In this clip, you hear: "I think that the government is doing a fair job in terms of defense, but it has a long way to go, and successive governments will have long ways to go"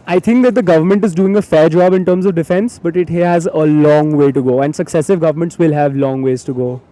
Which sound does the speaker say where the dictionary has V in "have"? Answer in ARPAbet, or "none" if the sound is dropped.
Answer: V